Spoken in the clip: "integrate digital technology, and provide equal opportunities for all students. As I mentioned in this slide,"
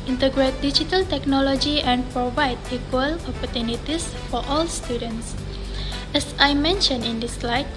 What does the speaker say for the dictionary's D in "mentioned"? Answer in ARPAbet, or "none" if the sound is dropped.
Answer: none